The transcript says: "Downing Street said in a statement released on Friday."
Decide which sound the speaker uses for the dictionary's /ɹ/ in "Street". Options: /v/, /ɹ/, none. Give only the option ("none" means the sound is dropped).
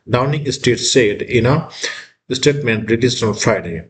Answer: none